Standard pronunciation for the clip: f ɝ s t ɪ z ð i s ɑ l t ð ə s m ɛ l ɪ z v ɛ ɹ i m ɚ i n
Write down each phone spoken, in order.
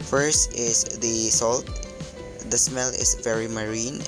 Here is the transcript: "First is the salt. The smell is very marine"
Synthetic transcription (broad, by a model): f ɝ s t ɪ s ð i s ɑ l t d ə s m ɛ l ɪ s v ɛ ɹ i m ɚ i n